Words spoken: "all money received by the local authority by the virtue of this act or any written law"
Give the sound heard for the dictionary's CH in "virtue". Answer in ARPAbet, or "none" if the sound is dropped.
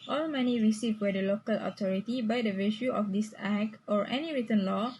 SH